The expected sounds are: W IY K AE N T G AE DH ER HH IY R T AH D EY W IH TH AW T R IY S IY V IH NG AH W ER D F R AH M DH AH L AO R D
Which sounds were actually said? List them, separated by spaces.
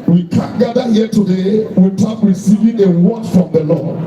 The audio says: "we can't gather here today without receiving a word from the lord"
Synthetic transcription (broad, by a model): W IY K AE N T G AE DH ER HH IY T AH D EY W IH T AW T R IY S IY V IH NG AH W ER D F R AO M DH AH L AO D